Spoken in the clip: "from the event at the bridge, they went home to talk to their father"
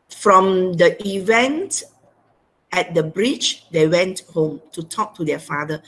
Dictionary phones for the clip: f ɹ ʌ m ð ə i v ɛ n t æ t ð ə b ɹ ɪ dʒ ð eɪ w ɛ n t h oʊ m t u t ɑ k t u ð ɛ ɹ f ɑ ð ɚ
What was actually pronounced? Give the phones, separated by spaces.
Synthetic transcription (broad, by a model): f ɹ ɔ m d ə i v ɛ n t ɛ t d ə b ɹ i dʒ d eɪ w ɛ n t h oʊ m t u t ɑ k t u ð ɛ f ɑ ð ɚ